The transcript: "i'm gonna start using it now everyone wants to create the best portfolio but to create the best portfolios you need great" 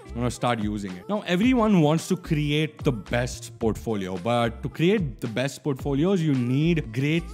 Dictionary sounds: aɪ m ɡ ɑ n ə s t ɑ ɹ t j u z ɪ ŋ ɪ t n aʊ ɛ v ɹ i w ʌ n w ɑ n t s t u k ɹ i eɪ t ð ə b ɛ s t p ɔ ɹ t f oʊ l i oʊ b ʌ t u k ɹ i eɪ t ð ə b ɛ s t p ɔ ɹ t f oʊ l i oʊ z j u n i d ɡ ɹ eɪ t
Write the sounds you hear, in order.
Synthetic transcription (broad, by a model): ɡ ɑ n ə s t ɑ ɹ t j u z ɪ ŋ ɪ t n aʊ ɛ v ɹ i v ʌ n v ɑ n t s t u k ɹ i eɪ t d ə b ɛ s t p ɔ ɹ t f oʊ l i oʊ b ʌ t u k ɹ i eɪ t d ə b ɛ s t p ɔ ɹ t f oʊ l i oʊ z j u n i d ɡ ɹ eɪ t